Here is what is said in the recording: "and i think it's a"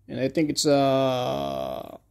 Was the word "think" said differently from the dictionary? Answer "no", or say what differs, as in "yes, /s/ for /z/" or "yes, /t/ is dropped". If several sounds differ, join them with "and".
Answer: no